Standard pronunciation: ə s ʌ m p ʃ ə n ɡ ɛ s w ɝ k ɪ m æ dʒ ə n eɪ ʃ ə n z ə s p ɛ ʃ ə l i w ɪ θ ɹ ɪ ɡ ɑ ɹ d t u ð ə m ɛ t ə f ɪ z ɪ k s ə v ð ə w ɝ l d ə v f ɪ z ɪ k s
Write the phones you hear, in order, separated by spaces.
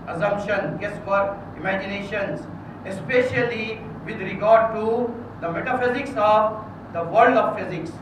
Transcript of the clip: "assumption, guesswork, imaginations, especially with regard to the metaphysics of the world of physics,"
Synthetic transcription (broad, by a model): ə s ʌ m p ʃ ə n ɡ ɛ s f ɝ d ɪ m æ dʒ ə n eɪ ʃ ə n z ə s p ɛ ʃ ə l i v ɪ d ɹ ɪ ɡ ɑ ɹ d t u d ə m ɛ t ə f ɪ z ɪ k s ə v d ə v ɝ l d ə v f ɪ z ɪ k s